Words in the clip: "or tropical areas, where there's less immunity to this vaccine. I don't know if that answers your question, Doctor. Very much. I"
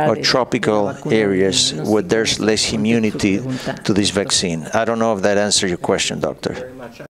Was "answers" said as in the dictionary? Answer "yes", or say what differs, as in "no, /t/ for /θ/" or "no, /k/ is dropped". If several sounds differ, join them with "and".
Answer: no, /z/ is dropped